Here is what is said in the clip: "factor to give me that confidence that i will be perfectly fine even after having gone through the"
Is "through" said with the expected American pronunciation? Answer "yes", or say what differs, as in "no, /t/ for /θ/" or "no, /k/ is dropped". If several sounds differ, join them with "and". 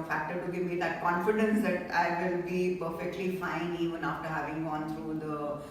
no, /t/ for /θ/